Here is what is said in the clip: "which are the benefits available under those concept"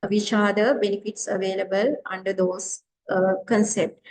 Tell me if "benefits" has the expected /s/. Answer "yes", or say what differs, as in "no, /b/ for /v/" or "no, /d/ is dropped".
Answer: yes